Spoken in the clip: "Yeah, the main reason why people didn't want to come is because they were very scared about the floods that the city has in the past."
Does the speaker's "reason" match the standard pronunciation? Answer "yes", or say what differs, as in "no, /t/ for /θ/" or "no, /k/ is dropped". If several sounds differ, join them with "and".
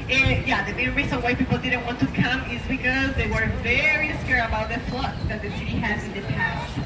no, /s/ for /z/